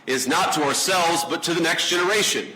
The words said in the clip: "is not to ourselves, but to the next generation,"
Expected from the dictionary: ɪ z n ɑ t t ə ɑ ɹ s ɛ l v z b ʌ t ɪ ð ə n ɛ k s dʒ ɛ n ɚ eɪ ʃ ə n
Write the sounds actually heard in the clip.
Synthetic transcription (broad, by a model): ɪ z n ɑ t t ə ɑ ɹ s ɛ l v z b ʌ t ɪ ð ə n ɛ k s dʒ ɛ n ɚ eɪ ʃ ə n